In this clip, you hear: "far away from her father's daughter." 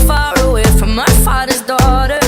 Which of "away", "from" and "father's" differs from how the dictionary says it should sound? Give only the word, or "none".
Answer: none